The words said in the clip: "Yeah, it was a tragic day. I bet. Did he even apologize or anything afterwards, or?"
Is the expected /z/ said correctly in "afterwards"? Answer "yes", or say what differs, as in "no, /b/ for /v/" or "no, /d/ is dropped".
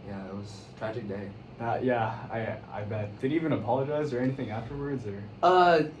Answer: yes